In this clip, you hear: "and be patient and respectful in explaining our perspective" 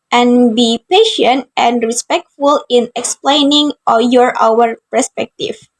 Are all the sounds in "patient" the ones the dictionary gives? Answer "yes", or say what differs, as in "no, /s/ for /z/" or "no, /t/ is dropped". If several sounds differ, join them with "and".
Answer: yes